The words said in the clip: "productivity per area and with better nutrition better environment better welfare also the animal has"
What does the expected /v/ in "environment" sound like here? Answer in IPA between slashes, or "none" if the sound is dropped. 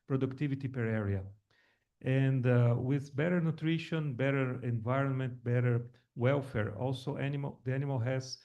/v/